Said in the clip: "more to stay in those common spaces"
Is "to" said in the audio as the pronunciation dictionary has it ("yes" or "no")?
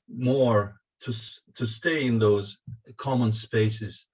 yes